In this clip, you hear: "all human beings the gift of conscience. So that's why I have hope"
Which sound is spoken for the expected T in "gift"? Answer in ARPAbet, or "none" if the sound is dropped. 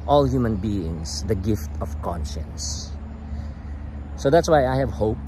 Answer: T